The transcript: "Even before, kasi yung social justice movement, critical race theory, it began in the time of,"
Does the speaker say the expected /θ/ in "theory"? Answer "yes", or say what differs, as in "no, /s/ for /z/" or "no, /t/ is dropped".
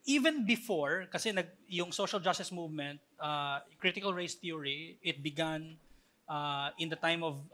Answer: no, /t/ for /θ/